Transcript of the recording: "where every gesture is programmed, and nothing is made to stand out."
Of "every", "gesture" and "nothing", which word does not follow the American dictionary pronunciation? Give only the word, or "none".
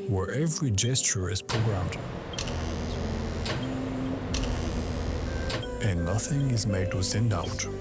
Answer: none